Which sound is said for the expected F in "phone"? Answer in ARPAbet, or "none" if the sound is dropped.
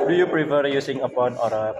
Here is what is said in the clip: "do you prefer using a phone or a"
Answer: P